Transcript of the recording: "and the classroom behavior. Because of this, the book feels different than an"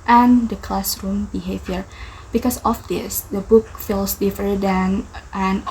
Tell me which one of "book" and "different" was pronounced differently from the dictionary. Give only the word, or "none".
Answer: different